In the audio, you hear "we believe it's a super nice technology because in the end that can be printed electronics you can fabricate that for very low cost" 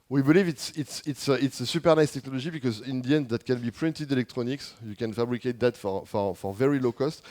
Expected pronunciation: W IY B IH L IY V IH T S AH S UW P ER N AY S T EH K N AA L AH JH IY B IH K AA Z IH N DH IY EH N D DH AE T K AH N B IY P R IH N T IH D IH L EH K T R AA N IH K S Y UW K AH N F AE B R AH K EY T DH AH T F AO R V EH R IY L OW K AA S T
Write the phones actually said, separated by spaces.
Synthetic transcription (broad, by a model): W IY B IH L IY V IH T S AH S UW P ER N AY S T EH K N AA L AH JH IY B IH K AA Z IH N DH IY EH N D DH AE T K AH N B IY P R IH N T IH D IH L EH K T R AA N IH K S Y UW K AH N F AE B R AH K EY T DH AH T F AO R V EH R IY L OW K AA S T